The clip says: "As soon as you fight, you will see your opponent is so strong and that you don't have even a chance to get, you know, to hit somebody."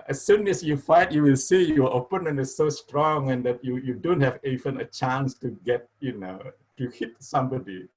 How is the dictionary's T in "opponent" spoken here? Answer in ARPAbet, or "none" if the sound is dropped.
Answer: none